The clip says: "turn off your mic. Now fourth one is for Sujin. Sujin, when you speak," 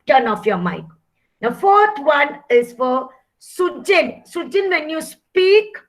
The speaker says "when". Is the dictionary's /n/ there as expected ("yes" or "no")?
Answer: yes